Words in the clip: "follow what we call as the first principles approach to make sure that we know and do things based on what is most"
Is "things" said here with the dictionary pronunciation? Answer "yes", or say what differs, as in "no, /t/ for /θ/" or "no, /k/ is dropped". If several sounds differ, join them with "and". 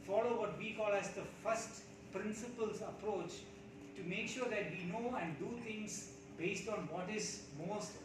no, /t/ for /θ/